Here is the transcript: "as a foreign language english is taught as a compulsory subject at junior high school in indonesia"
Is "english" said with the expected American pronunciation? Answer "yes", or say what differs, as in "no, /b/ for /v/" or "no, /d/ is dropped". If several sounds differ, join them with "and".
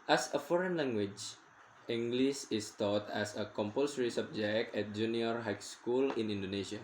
no, /s/ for /ʃ/